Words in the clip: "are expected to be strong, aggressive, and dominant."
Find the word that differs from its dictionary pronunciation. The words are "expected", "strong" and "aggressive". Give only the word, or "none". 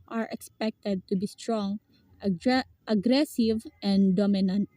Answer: none